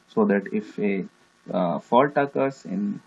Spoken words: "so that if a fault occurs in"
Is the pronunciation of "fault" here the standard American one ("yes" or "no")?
yes